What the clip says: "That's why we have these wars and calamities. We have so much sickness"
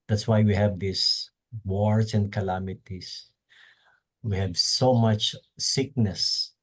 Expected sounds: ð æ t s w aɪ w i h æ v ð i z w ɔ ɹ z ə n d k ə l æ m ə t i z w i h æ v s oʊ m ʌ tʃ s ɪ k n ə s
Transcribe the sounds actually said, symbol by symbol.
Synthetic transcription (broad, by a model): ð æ t s w aɪ w i h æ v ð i s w ɔ ɹ s ə n d k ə l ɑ m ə t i s w i h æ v s oʊ m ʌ tʃ s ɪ k n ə s